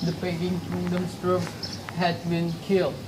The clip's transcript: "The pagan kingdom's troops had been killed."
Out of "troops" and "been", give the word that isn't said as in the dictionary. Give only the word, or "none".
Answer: troops